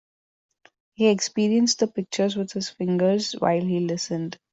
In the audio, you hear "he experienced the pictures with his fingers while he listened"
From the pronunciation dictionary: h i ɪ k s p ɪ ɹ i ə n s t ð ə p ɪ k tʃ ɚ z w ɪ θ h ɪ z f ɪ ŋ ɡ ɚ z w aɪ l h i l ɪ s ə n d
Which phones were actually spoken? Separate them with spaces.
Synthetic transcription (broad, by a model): h i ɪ k s p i ɹ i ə n s t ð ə p ɪ k tʃ ɚ z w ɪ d h ɪ z f ɪ ŋ ɡ ɚ z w aɪ l h i l ɪ s ə n d